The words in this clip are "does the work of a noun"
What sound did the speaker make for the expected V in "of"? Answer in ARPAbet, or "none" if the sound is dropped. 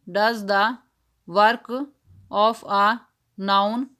P